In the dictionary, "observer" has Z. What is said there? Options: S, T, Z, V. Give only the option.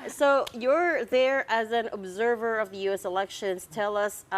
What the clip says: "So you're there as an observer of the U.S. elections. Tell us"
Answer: Z